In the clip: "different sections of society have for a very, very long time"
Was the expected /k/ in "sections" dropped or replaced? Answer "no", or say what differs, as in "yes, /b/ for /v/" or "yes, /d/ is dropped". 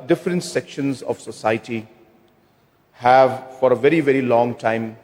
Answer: no